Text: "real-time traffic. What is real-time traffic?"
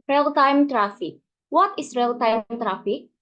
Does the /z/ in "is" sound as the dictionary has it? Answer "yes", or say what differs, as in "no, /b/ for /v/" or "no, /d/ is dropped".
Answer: no, /s/ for /z/